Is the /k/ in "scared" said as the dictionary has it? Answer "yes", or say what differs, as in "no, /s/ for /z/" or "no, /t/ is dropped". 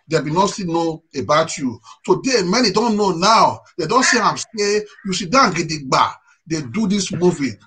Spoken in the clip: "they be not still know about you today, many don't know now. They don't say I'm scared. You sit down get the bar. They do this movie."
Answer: no, /k/ is dropped